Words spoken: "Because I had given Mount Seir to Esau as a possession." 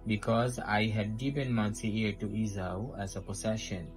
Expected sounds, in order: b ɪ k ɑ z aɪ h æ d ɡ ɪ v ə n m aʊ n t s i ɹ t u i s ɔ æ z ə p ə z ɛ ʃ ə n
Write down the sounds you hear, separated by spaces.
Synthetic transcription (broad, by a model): b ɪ k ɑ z aɪ h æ d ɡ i p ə n m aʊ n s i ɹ t u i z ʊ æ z ə p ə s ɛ ʃ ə n